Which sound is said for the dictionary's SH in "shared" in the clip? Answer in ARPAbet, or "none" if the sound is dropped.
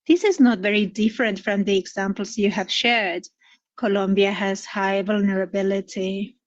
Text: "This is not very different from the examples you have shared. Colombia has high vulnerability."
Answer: SH